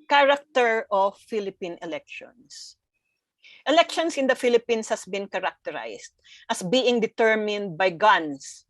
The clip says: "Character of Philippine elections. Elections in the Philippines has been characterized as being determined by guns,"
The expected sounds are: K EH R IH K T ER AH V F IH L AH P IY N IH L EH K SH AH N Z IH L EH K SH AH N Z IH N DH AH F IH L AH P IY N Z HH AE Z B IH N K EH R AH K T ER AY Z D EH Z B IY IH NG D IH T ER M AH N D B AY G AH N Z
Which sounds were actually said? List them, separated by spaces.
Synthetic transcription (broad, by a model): K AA R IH K T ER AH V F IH L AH P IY N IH L EH K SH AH N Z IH L EH K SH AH N S IH N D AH F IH L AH P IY N S HH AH S B IH N K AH R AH K T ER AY S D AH S B IY IH NG D IH T ER M AH N D B AY G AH N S